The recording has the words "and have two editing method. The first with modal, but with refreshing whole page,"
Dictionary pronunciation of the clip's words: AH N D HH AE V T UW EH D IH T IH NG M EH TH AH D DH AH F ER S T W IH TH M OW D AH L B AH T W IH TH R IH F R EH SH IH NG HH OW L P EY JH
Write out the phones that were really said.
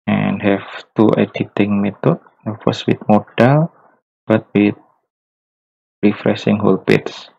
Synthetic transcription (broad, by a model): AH N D HH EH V T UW EH D IH T IH NG M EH T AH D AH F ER S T W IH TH M OW D AH L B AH T W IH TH R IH F R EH S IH NG HH OW L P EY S